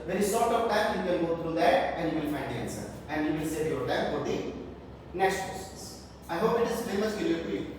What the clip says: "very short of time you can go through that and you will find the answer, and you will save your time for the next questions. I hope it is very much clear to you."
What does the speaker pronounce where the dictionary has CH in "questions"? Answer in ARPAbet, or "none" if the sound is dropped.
S